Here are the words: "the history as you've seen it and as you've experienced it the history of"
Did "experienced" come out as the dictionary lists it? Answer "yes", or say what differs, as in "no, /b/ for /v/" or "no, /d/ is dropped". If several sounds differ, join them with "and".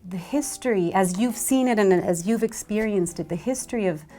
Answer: yes